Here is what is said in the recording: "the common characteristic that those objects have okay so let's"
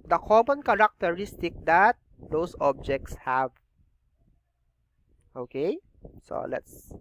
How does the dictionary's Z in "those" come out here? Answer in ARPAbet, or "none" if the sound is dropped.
S